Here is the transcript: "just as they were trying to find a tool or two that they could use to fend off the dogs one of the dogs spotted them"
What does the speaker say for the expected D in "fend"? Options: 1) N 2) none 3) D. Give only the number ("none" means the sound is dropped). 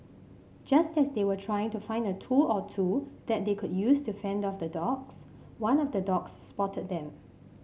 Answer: 3